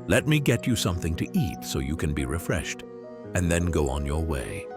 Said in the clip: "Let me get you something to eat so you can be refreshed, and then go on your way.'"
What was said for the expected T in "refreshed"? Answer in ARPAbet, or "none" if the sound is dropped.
T